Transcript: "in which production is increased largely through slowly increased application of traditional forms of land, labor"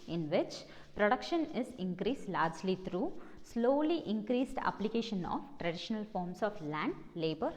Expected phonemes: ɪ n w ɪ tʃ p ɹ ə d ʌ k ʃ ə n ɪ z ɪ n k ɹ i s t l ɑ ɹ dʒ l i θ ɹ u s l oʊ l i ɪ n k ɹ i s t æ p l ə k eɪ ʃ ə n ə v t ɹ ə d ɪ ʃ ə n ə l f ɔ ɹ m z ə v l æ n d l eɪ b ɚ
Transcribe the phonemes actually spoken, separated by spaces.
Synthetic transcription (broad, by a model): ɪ n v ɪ tʃ p ɹ ə d ʌ k ʃ ə n ɪ z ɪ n k ɹ i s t l ɑ ɹ dʒ l i t ɹ u s l oʊ l i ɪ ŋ k ɹ i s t æ p l ə k eɪ ʃ ə n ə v t ɹ ə d ɪ ʃ ə n ə l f ɔ ɹ m s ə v l æ n d l eɪ b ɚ